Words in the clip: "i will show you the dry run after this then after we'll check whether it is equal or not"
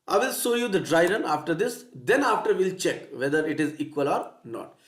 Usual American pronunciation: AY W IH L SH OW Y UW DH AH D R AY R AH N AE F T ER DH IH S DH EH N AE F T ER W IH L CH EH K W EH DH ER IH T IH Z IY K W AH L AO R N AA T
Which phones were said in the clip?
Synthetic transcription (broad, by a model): AY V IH L S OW Y UW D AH D R AY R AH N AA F T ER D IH S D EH N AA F T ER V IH L CH EH K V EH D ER IH T IH Z IY K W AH L AO R N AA T